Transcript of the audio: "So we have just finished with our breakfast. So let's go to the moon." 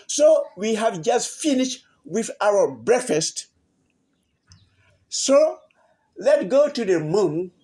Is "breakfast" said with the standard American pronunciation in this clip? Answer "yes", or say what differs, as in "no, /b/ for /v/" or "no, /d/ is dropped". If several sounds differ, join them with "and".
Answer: yes